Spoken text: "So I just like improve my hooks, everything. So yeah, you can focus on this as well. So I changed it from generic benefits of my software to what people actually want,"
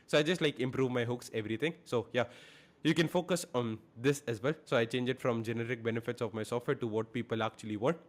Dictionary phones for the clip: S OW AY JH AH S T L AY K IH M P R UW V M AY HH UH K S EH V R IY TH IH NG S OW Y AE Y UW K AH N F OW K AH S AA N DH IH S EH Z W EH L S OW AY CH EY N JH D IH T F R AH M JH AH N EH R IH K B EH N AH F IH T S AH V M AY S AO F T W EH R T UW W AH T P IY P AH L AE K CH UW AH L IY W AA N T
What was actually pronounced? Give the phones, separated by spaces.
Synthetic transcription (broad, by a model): S OW AY JH AH S T L AY K IH M P R UW V M AY HH UH K S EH V R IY T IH NG S OW Y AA Y UW K AH N F OW K AH S AA N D IH S EH Z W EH L S OW AY CH EY N JH IH T F R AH M JH AH N EH R IH K B EH N AH F IH T S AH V M AY S AO F T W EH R T UW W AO T P IY P AH L AE K CH UW AH L IY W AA N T